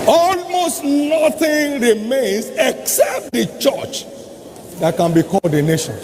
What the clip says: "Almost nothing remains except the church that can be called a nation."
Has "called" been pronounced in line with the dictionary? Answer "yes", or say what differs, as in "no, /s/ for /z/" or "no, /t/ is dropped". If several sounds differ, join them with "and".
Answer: no, /l/ is dropped